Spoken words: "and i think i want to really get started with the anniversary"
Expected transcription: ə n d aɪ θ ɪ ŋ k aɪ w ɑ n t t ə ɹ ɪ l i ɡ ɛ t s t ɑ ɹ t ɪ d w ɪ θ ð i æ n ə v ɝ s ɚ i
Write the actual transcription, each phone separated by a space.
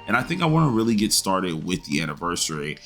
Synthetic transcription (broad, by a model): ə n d aɪ θ ɪ ŋ k aɪ w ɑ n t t ɹ ɪ l i ɡ ɛ t s t ɑ ɹ t ɪ d w ɪ ð i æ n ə v ɝ s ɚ i